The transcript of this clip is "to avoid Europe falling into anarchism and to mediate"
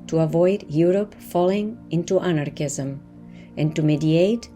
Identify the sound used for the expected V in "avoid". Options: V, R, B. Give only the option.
V